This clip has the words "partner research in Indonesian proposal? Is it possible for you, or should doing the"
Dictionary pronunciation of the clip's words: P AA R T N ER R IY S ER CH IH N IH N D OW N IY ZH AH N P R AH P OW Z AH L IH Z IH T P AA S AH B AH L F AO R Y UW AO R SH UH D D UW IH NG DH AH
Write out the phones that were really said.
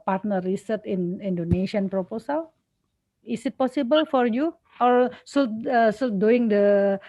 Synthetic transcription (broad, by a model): P AA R T N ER R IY S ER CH IH N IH N D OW N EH SH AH N P R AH P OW S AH L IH S IH T P AA S AH B AH L F AO R Y UW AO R S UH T D UW IH NG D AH